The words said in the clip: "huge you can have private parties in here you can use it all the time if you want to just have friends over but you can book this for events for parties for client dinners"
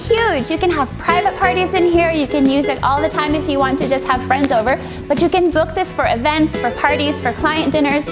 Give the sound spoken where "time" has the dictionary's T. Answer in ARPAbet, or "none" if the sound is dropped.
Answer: T